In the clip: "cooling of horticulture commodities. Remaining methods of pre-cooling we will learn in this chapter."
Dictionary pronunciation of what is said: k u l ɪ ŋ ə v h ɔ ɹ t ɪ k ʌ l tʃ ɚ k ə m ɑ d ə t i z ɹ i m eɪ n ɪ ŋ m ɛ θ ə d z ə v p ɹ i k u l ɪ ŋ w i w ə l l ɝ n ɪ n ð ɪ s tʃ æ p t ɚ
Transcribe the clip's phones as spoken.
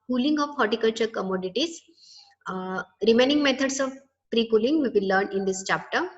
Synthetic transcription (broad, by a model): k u l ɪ ŋ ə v h ɔ ɹ t ɪ k ʌ l tʃ ɚ k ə m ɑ d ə t i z ɹ i m eɪ n ɪ ŋ m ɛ t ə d s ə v p ɹ i k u l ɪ ŋ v i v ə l l ɝ n ɪ n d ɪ s tʃ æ p t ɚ